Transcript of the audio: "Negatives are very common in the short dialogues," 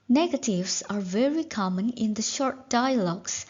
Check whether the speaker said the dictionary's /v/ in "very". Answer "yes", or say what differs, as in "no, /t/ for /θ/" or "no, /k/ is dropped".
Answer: yes